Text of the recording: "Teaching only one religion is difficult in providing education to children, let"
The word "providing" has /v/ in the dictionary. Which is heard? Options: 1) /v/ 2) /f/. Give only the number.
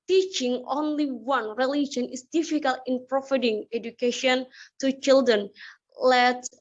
2